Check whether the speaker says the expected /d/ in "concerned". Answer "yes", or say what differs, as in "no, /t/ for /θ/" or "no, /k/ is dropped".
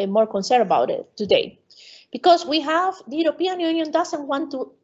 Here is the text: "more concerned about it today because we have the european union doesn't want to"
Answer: no, /d/ is dropped